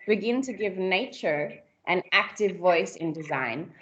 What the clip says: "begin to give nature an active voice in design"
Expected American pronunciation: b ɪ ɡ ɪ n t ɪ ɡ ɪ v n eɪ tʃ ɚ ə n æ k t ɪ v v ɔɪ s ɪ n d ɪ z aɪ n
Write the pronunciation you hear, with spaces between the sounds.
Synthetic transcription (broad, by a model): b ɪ ɡ ɪ n t ɪ ɡ ɪ v n eɪ tʃ ɚ ə n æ k t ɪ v v ɔɪ s ɪ n d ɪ z aɪ n